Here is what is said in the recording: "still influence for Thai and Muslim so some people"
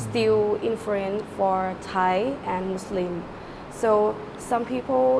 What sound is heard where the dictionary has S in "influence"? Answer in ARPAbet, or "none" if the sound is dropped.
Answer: none